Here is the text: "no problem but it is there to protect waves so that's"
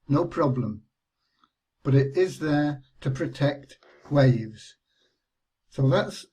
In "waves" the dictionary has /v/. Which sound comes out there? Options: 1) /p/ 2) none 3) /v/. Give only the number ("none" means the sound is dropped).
3